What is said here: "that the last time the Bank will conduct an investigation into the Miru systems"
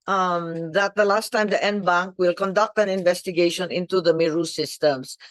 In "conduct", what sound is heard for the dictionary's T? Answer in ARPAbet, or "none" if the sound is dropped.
T